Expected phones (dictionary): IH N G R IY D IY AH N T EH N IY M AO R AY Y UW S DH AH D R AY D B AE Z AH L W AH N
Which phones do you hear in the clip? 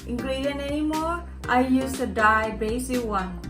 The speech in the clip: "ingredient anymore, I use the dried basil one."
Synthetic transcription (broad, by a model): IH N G R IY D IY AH N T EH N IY M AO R AY Y UW S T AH D AY B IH S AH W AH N